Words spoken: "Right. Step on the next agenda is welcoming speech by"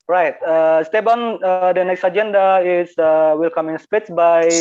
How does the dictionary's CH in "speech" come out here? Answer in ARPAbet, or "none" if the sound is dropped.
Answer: S